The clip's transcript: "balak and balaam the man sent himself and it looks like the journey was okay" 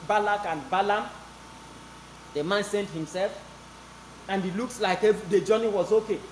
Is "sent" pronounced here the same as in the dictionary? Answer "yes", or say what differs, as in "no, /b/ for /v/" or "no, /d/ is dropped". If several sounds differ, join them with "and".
yes